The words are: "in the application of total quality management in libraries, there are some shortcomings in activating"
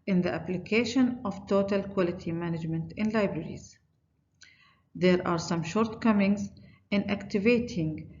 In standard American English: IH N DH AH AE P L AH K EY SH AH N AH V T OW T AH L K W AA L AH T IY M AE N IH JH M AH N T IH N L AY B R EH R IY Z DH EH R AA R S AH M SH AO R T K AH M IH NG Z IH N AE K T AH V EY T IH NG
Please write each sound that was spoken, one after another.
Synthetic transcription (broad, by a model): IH N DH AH AE P L AH K EY SH AH N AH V T OW T AH L K W AA L AH T IY M AE N IH JH M AH N T IH N L AY B R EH R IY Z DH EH R AA R S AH M SH AO R T K AH M IH NG Z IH N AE K T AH V EY T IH NG